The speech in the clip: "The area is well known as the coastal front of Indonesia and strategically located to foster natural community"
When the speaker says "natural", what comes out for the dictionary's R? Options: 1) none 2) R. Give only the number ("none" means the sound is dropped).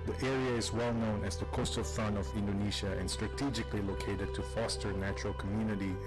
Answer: 2